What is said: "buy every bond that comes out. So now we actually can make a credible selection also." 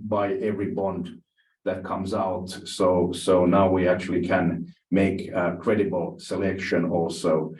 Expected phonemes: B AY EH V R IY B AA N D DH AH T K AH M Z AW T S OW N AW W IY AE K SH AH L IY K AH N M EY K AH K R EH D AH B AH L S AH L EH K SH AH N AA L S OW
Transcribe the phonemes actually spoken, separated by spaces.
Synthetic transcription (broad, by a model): B AY EH V R IY B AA N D DH AH T K AH M Z AW T S OW N AW W IY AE K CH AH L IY K AH N M EY K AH K R EH D AH B AH L S AH L EH K SH AH N AA L S OW